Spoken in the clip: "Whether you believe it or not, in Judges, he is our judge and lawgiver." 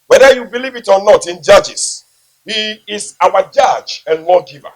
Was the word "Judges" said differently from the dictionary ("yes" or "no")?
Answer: yes